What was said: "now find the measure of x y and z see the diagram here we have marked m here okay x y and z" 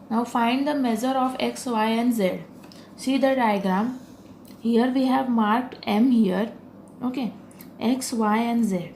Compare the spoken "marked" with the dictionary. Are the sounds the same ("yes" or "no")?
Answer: yes